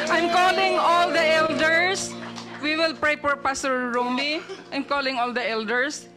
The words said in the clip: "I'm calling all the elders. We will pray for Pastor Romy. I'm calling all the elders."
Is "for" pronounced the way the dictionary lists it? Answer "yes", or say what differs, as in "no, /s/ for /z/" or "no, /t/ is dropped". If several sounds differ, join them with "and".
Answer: no, /p/ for /f/